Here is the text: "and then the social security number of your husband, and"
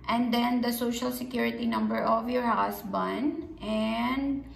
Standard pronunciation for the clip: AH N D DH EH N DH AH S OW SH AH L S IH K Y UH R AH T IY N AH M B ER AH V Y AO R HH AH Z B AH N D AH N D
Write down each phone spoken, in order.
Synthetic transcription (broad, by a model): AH N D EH N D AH S OW SH AH L S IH K Y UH R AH T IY N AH M B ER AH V Y AO R HH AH S B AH N D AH N D